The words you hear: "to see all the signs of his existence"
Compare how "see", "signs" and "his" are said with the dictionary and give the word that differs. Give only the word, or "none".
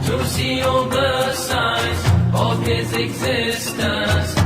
signs